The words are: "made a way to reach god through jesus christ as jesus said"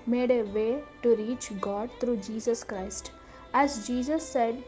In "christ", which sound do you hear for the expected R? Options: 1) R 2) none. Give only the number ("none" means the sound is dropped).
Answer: 1